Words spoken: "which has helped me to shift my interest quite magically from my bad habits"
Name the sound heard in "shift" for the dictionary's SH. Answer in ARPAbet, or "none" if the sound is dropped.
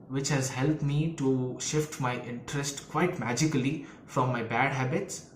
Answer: SH